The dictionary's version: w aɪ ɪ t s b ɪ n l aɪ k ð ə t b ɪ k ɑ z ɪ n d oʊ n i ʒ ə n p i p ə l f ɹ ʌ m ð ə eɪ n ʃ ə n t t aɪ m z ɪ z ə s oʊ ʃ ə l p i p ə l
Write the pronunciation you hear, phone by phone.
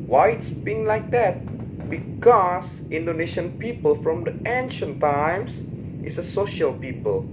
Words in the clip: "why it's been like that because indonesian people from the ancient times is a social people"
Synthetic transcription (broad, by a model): w aɪ ɪ t s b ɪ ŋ l aɪ k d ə t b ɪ k ɑ s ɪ n d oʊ n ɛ ʃ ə n p i p ə l f ɹ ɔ m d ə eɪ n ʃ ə n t t aɪ m s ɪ s ə s oʊ ʃ ə l p i p ə l